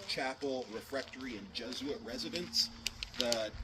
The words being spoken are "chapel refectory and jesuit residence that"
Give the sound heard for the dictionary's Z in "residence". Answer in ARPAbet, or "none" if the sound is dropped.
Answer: Z